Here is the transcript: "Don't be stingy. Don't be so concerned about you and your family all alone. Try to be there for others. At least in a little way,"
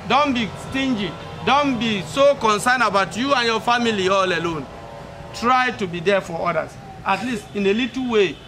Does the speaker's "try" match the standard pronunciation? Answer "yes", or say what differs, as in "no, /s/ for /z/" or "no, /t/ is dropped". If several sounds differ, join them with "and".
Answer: yes